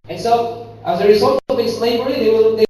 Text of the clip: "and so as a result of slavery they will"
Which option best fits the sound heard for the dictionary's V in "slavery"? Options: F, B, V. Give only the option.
B